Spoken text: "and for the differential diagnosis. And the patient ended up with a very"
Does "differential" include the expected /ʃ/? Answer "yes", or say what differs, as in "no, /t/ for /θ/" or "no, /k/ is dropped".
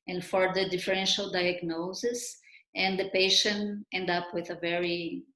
yes